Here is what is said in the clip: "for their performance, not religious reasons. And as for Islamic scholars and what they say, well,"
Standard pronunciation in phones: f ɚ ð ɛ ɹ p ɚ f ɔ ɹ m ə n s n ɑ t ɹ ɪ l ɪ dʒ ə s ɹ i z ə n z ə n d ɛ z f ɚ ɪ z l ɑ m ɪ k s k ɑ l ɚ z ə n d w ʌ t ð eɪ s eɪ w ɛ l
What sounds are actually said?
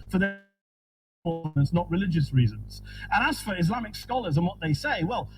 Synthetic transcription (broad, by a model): f ɚ ð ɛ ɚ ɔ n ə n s n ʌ t ɹ ɪ l ɪ dʒ ə s ɹ i z ə n z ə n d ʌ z f ɚ ɪ z l ɑ m ɪ k s k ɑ l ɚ z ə n w ʌ t ð eɪ s eɪ w ɛ l